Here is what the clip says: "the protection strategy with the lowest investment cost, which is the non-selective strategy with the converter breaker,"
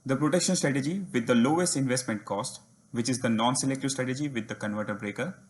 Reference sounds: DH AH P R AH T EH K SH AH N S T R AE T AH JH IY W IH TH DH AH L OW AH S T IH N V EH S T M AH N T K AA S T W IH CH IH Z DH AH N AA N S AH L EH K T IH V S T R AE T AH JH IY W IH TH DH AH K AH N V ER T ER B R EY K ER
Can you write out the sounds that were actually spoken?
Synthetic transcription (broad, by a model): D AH P R AH T EH K SH AH N S T R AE T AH JH IY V IH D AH L OW AH S T IH N V EH S T M AH N T K AA S T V IH CH IH Z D AH N AA N S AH L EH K T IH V S T R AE T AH JH IY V IH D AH K AH N V ER T ER B R EY K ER